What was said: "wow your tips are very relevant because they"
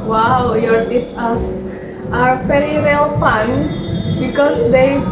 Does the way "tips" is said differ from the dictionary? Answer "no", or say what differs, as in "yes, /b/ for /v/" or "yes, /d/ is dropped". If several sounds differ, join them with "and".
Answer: yes, /p/ is dropped